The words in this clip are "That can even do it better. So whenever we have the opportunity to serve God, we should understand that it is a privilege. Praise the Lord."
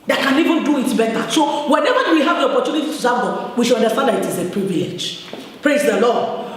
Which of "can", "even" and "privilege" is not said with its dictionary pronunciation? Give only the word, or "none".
privilege